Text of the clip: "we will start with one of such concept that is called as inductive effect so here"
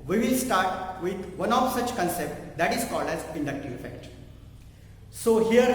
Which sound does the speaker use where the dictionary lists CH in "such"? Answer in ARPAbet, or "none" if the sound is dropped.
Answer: CH